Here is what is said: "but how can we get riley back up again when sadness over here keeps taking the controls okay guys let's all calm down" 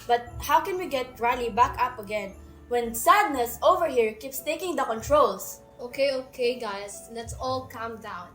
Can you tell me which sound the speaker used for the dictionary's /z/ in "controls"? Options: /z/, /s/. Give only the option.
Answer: /s/